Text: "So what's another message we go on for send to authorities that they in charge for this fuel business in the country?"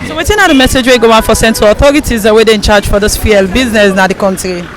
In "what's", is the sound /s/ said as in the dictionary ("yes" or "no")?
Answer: no